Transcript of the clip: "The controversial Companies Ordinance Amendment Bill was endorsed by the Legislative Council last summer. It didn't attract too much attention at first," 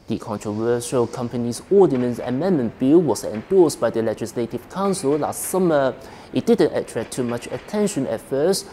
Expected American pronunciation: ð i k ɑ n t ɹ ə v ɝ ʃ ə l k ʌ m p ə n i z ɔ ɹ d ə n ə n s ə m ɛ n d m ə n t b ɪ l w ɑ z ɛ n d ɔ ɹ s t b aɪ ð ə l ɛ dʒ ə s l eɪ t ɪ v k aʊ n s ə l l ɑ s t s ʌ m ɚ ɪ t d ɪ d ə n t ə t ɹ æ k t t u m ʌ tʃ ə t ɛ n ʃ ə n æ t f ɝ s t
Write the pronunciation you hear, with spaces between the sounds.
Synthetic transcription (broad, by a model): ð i k ɑ n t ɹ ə v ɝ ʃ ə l k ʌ m p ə n i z ɔ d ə n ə n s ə m ɛ n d m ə n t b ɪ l w ɑ s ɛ n d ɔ s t b aɪ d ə l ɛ dʒ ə s l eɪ t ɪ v k aʊ n s ə l l ɑ s t s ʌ m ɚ ɪ t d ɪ d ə n t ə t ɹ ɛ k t t u m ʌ tʃ ə t ɛ n ʃ ə n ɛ t f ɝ s t